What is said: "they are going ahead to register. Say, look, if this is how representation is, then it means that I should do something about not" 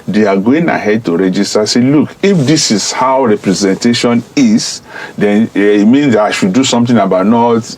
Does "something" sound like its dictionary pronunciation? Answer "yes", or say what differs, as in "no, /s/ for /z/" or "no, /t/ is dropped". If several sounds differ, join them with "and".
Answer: no, /t/ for /θ/